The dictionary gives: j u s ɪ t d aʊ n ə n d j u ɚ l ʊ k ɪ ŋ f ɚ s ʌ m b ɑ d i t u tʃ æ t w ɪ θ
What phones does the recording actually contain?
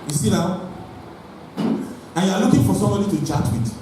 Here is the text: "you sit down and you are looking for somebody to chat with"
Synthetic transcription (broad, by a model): j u s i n aʊ ə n j u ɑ l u k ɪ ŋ f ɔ s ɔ m b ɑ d i t u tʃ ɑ t w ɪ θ